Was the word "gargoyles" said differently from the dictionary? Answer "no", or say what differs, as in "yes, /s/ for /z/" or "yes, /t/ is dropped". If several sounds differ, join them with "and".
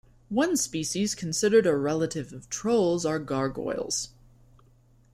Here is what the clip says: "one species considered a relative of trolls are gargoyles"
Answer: no